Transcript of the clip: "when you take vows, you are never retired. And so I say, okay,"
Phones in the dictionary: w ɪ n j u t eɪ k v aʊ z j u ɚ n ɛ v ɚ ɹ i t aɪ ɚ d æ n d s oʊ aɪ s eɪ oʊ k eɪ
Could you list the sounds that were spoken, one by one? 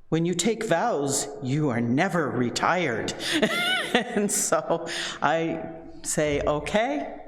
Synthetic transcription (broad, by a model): w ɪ n j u t eɪ k v aʊ z j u ɚ n ɛ v ɚ ɹ i t aɪ ɚ d n s oʊ aɪ s eɪ oʊ k eɪ